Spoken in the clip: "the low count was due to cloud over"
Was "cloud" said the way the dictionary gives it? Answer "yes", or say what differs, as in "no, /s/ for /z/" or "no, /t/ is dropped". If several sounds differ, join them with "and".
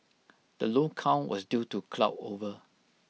no, /d/ is dropped